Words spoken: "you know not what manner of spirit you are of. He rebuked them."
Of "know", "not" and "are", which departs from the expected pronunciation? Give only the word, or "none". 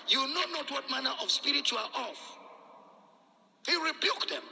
are